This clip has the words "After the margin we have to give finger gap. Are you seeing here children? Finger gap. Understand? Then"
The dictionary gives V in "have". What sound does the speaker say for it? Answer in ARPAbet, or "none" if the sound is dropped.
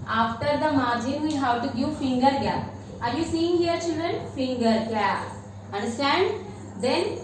W